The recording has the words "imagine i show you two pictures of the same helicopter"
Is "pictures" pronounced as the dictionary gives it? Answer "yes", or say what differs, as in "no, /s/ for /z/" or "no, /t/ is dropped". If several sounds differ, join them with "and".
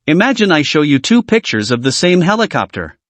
yes